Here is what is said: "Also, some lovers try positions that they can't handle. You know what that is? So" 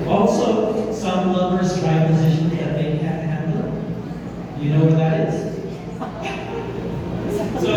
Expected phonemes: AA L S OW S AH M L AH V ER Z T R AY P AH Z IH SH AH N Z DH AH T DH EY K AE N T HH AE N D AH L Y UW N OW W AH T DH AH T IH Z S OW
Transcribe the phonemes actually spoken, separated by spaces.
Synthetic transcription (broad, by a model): AA L S OW S AH M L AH B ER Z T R AY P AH Z IH SH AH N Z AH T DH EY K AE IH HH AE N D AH Y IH N OW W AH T DH AH T IH Z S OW